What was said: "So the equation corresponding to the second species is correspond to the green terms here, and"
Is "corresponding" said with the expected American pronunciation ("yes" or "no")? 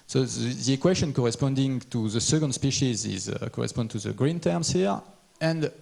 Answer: yes